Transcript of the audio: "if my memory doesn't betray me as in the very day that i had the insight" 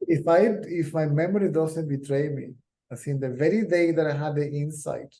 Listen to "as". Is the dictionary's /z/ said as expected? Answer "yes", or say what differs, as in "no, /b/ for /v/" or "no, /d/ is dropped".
no, /s/ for /z/